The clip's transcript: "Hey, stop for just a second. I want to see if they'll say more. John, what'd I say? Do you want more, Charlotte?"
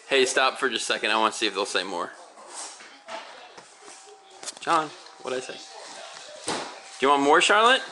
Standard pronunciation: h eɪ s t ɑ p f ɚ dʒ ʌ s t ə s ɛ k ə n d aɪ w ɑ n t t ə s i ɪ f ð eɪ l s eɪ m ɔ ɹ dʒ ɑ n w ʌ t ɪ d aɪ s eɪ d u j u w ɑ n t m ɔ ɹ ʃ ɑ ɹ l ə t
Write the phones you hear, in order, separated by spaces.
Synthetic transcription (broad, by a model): h eɪ s t ɑ p f ɚ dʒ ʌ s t s ɛ k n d aɪ w ɑ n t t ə s i ɪ f ð eɪ l s eɪ m ɔ ɹ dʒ ɑ n w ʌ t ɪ ɪ s eɪ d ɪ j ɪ w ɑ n m ɔ ɹ ʃ ɑ ɹ l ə t